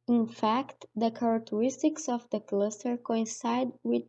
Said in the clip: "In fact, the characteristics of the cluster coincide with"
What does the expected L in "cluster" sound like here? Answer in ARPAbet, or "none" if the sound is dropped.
L